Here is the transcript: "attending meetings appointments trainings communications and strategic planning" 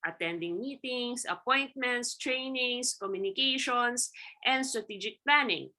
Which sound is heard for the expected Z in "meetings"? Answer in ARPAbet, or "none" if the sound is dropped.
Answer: S